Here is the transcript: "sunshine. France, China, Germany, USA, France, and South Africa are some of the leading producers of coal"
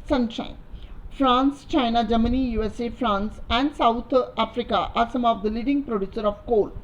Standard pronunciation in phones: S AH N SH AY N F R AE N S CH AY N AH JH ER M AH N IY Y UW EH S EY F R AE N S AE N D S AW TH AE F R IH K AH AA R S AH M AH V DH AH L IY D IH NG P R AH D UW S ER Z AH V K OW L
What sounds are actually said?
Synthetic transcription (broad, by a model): S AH N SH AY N F R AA N S CH AY N AH JH ER M AH N IY Y UW EH S EY F R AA N S AE N D S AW T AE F R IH K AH AA R S AH M AH V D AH L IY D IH NG P R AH D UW S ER AH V K OW L